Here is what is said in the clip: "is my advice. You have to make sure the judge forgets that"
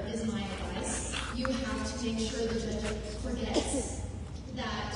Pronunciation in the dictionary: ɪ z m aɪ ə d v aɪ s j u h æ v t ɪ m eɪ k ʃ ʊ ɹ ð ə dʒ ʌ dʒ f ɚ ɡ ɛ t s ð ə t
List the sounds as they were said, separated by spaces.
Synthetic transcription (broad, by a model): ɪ z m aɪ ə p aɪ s j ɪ h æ f t ɪ m eɪ k ʃ ʊ ɹ ð ə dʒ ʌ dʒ f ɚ ɡ ɛ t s ð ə t